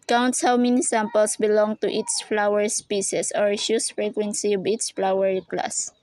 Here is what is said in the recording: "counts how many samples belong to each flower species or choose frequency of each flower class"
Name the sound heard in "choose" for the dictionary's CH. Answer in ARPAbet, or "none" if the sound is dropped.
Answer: SH